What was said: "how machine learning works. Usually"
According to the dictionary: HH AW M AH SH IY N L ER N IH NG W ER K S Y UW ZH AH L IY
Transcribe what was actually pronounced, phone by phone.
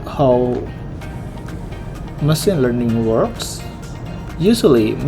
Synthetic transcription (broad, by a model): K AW M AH S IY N L ER N IH NG W ER K S Y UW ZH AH L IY